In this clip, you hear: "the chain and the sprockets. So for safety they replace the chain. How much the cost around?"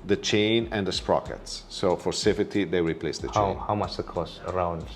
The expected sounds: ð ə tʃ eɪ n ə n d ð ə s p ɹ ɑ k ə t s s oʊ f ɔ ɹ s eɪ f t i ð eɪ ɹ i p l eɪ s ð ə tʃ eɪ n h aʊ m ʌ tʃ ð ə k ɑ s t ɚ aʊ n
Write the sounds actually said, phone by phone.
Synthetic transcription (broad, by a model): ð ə tʃ eɪ n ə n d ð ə s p ɹ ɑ k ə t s s oʊ f ɔ ɹ s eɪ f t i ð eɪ ɹ i p l eɪ s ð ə tʃ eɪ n h aʊ m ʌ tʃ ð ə k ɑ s ɚ aʊ n